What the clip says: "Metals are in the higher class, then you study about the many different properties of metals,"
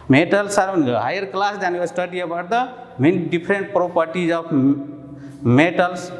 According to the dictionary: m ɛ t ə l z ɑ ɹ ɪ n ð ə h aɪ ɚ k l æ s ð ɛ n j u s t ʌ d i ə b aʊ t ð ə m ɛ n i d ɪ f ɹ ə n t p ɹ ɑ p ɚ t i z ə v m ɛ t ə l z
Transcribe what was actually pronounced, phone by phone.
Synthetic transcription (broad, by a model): m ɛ t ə l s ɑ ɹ ɪ n h aɪ ɚ k l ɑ s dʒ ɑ n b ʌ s t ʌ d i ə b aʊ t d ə m ɛ n i d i p ɹ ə n t p ɹ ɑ p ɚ t i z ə p m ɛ t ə l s